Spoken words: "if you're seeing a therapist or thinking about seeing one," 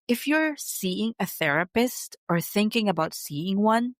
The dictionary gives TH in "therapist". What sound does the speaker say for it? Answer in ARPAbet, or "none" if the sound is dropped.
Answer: TH